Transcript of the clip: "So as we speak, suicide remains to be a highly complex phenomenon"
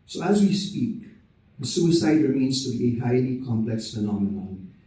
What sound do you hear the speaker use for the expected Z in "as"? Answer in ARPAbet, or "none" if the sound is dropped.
Z